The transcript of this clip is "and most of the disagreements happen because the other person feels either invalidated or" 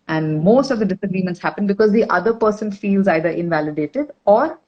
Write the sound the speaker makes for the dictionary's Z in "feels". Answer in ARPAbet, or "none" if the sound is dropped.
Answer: Z